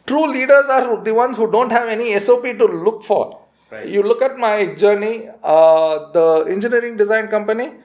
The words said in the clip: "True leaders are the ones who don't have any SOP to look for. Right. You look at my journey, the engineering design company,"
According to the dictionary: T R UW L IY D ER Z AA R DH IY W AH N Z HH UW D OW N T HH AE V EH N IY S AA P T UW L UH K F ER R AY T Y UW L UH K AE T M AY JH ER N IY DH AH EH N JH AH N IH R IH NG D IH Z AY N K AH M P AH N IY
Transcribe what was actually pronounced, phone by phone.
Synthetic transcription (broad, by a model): T R UW L IY D ER Z AA R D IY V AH N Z HH UW D OW N T HH AE V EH N IY S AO P T UW L UH K F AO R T Y UW L UH K AE T M AY JH ER N IY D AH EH N JH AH N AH R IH NG D IH Z AY N K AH M P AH N IY